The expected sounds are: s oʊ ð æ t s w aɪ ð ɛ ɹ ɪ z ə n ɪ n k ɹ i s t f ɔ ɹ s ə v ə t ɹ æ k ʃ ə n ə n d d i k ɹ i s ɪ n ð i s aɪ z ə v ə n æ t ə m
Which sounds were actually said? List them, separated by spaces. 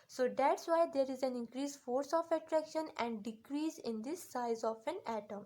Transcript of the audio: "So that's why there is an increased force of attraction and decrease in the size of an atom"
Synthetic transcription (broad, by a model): s oʊ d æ t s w aɪ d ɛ ɹ ɪ z ə n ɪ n k ɹ i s f ɔ ɹ s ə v ə t ɹ æ k ʃ ə n ə n d d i k ɹ i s ɪ n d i s aɪ z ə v ə n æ t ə m